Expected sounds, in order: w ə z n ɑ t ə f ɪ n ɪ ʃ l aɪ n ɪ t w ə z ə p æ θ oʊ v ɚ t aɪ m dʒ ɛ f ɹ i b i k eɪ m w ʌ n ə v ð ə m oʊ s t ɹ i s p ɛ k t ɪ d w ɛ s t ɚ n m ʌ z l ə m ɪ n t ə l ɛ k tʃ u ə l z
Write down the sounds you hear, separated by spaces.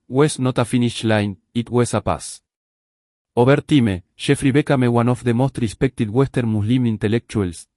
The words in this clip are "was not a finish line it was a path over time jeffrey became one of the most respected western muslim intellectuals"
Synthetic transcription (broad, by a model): w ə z n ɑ t ə f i n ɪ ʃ l aɪ n ɪ t w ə s ə p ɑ s oʊ b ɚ t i m ʃ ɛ f ɹ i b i k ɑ m w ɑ n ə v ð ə m oʊ s t ɹ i s p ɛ k t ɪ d w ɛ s t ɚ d m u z l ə m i n t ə l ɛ k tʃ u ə l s